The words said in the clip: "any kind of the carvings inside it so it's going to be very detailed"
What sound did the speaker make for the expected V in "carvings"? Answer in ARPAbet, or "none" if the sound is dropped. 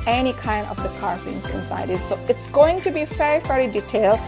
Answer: F